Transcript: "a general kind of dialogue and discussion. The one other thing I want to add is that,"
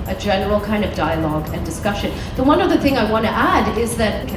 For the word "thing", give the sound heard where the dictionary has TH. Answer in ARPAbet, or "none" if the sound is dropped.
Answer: TH